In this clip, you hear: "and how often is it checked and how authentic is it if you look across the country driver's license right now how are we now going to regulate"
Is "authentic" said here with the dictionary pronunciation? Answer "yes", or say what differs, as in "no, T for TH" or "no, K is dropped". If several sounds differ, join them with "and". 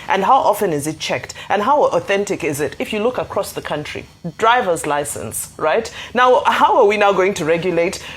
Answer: yes